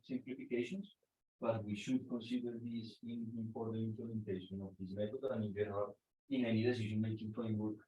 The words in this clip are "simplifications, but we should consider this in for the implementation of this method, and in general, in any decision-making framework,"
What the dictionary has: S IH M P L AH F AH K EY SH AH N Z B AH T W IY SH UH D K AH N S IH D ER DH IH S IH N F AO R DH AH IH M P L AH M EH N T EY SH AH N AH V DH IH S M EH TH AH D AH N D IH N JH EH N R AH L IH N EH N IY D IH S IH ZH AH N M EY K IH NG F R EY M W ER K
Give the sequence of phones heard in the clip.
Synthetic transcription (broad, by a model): S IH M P L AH F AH K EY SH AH N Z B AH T W IY SH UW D K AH N S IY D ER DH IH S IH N P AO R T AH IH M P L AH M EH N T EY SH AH N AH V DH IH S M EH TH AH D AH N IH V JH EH R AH IH N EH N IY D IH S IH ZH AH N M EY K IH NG F R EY M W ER K